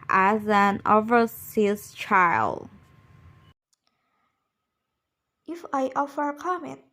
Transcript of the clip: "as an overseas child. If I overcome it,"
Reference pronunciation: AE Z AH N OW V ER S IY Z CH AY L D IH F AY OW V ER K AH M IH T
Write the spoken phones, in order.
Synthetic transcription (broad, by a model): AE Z AH N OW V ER S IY S CH AY L D IH F AY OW F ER K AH M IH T